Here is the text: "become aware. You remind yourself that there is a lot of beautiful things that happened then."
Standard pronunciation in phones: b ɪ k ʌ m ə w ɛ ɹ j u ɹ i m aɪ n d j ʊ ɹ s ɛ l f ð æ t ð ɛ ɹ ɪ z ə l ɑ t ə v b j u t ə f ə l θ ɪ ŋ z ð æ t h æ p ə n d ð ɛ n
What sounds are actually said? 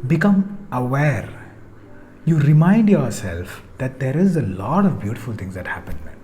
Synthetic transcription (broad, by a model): b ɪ k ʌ m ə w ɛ ɹ j u ɹ i m aɪ n d j ʊ ɹ s ɛ l f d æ t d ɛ ɹ ɪ z ə l ɑ t ə v b j u t ə f ə l t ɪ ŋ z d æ t h æ p ə n d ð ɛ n